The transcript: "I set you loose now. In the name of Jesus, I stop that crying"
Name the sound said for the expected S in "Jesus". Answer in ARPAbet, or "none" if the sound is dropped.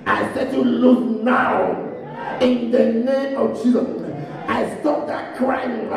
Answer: none